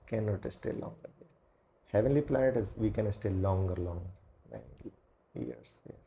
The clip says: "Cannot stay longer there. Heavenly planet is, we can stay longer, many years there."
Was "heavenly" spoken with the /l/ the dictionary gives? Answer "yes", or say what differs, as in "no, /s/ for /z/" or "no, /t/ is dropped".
yes